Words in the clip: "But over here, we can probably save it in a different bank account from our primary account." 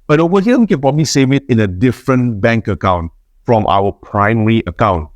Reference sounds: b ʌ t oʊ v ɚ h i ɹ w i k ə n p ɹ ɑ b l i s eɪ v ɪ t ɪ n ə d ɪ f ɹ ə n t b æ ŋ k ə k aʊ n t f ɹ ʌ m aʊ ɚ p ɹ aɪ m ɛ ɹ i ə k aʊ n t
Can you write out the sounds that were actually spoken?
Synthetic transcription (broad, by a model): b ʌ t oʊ w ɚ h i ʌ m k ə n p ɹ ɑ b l i s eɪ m ɪ t ɪ n ə d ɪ f ɹ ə n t b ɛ ŋ k ə k aʊ n t f ɹ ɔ m aʊ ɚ p ɹ aɪ m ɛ ɹ i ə k aʊ n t